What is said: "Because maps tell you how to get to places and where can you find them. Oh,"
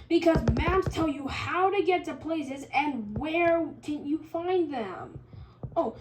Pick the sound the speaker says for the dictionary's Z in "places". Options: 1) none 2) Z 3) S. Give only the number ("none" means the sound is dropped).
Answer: 2